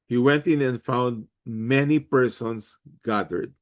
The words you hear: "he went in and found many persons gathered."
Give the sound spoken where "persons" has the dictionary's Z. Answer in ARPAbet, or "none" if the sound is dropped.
S